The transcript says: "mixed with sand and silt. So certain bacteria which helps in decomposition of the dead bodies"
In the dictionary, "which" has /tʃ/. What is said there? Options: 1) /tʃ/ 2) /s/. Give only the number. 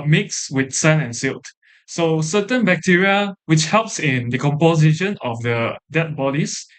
1